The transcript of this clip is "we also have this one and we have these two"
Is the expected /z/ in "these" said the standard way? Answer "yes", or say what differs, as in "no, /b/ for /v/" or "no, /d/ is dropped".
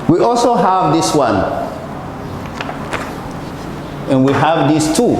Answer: no, /s/ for /z/